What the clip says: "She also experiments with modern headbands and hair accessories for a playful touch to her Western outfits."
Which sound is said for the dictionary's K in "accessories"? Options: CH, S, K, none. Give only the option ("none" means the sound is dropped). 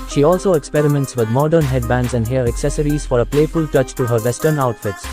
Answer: K